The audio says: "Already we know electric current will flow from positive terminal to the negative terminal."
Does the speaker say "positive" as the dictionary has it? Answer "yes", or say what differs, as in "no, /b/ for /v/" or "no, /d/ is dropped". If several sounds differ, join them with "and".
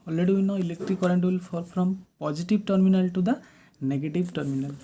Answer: no, /b/ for /v/